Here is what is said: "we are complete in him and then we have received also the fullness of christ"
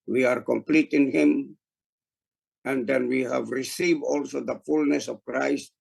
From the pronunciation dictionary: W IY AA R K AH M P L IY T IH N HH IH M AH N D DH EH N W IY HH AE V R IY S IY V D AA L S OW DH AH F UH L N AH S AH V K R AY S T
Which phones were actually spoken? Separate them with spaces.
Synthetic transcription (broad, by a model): W IY AA R K AH M P L IY T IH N HH IH M AH N D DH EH N W IY HH AE V R IY S IY V D AA L S OW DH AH F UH L N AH S AH V K R AY S T